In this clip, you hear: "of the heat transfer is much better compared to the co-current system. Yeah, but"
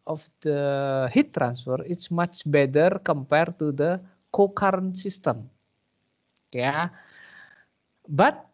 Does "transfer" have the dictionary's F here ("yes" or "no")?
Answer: yes